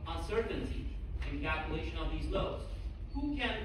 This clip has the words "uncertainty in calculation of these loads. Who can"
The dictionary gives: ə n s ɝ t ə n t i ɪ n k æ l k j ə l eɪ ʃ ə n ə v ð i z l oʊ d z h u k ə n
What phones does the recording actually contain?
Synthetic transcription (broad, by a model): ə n s ɝ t n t i ɪ n k æ l k j ə l eɪ ʃ ə n ə v ð i z l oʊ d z h u k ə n